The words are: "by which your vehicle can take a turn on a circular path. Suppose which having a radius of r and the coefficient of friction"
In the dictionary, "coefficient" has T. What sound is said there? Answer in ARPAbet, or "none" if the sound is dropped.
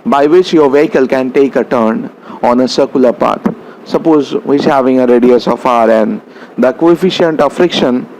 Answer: T